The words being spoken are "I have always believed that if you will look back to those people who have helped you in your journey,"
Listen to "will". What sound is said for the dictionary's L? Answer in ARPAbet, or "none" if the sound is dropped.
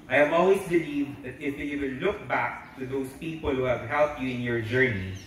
N